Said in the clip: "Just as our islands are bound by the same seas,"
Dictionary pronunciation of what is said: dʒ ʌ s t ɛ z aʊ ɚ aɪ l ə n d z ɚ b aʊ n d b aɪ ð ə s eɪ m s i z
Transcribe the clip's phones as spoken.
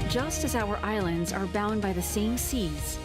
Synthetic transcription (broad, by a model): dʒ ʌ s t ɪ z aʊ ɚ aɪ l ə n d z ɚ b aʊ n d b aɪ ð ə s eɪ m s i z